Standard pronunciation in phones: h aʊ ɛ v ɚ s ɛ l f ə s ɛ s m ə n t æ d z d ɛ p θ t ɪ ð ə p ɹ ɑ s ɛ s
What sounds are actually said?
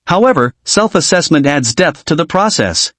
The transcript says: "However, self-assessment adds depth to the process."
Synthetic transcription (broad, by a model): h aʊ ɛ v ɚ s ɛ l f ə s ɛ s m ə n t æ d z d ɛ p θ t ɪ ð ə p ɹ ɑ s ɛ s